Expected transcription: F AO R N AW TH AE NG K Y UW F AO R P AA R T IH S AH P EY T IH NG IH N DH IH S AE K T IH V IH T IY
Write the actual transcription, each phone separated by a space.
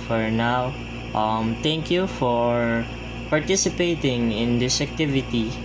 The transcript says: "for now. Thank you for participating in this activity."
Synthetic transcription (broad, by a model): F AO R N AW T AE NG K Y UW F AO R P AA R T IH S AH P EY T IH NG IH N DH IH S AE K T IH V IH T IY